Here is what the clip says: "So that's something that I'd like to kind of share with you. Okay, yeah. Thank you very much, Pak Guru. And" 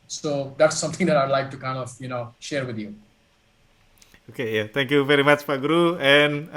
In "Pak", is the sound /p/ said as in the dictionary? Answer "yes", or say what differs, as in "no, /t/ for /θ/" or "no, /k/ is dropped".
no, /f/ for /p/